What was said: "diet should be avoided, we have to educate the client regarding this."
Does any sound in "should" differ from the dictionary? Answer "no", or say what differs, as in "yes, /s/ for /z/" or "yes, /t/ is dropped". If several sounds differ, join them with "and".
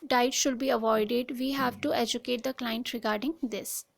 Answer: no